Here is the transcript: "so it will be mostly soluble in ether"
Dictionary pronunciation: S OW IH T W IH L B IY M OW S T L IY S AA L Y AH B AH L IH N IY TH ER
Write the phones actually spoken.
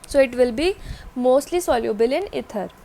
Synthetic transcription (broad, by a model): S OW IH T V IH L B IY M OW S T L IY S AA L Y AH B AH L IH N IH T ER